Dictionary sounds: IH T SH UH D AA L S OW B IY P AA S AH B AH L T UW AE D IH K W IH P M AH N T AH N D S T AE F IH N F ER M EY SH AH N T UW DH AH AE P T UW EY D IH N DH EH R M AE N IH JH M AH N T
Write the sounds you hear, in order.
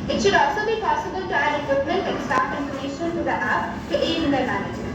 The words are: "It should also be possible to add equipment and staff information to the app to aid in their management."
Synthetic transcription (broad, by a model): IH T SH UH D AA L S OW B IY P AA S AH B AH L T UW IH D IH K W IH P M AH N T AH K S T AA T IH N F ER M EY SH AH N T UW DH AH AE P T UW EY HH IH N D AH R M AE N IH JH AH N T